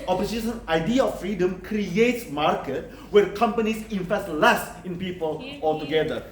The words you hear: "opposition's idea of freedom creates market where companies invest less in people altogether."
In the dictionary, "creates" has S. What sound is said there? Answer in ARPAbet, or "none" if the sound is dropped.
S